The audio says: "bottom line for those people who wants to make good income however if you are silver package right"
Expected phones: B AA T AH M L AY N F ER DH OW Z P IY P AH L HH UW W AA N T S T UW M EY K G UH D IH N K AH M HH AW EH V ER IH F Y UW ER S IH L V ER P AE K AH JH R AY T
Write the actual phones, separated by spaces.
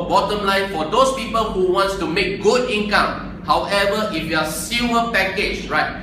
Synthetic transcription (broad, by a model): B AA T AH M L AY N F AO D OW S P IY P AH L HH UW W AA N T S T UW M EY K G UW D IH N K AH M HH AW EH V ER IH F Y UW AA S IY V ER P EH K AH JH R AY T